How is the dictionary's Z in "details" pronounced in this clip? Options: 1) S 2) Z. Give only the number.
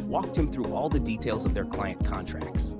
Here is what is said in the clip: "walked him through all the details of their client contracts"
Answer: 2